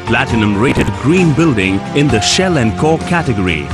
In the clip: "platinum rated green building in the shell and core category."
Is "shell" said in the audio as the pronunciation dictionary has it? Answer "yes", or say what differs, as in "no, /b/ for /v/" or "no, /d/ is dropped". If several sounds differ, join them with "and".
yes